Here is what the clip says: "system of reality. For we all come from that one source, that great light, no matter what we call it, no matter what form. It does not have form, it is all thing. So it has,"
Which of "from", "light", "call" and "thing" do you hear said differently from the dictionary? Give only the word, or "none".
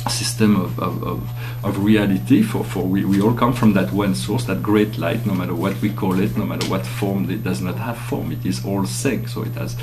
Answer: thing